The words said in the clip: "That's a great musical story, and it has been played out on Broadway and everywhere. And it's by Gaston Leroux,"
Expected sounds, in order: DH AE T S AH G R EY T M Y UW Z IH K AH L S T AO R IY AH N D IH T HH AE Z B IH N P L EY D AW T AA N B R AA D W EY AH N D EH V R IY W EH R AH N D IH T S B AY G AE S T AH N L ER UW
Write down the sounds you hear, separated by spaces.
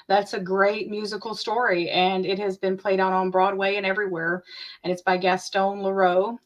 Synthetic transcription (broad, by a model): DH AE T S AH G R EY T M Y UW Z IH K L S T AO R IY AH N IH T HH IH Z B IH N P L EY D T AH N B R AA D W EY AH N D EH V R IY W EH R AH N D IH T S B AY G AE S T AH N L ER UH